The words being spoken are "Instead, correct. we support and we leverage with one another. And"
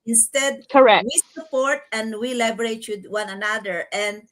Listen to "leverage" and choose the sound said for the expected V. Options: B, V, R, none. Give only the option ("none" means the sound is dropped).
B